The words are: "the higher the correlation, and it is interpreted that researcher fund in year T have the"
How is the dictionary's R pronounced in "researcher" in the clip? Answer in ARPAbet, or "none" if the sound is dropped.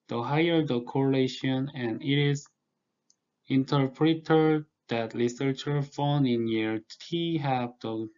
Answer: L